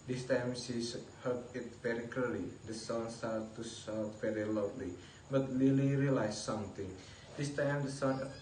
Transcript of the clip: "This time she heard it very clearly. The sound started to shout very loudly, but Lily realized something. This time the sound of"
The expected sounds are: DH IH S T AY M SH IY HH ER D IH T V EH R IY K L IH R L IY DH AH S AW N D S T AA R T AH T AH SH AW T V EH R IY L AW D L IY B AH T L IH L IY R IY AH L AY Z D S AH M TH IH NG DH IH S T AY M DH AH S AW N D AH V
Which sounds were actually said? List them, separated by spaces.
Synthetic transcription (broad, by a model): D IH S T AY M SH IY HH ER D IH T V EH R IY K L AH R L IY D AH S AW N S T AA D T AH S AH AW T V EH R IY L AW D L IY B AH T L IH L IY R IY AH L AY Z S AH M T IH NG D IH S T AY M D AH S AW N